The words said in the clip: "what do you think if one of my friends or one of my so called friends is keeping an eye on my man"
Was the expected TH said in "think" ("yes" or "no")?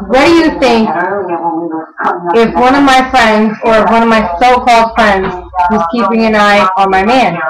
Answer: yes